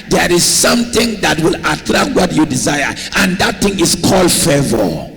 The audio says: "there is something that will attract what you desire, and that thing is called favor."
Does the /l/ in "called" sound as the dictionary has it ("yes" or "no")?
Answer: yes